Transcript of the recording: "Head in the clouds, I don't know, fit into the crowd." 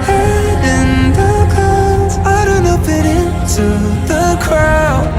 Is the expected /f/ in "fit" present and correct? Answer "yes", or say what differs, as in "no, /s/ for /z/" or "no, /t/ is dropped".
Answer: no, /p/ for /f/